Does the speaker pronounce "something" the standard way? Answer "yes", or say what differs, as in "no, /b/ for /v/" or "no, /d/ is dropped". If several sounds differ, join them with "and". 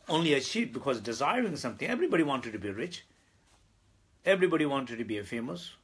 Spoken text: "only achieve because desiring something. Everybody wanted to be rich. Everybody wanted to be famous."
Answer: no, /t/ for /θ/